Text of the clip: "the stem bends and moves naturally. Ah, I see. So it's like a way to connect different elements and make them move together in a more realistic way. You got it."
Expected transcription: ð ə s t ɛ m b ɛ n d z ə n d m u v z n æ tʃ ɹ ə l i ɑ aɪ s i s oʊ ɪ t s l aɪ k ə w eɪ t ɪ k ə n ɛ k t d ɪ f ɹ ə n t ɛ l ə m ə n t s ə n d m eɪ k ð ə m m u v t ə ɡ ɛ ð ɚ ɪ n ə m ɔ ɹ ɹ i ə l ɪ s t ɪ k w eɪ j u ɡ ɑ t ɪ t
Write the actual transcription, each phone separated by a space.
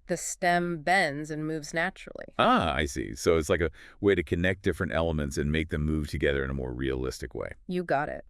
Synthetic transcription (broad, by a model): ð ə s t ɛ m b ɛ n d z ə n m u v z n æ tʃ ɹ l i ɑ aɪ s i s oʊ ɪ t s l aɪ k ə w eɪ t ɪ k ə n ɛ k d ɪ f ɹ ə n t ɛ l ə m ə n t s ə n m eɪ k ð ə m m u v t ə ɡ ɛ ð ɚ ɪ n ə m ɔ ɹ ɹ i ə l ɪ s t ɪ k w eɪ j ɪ ɡ ɑ t ɪ t